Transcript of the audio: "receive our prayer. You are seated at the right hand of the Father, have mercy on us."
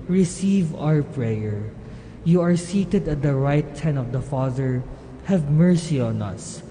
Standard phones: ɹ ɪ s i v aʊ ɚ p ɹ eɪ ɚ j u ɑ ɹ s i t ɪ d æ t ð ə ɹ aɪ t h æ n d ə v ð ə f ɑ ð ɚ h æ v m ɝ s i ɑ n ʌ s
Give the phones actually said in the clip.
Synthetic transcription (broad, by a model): ɹ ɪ s i v aʊ ɚ p ɹ eɪ ɚ j u ɑ ɹ s i t ɪ d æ t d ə ɹ aɪ t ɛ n ə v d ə f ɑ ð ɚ h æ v m ɝ s i ɑ n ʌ s